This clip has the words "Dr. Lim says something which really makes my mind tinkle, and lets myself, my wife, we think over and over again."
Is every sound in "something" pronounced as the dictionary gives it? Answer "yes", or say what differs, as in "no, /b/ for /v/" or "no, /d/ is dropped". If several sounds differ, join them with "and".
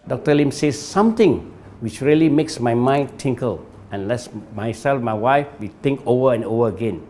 no, /t/ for /θ/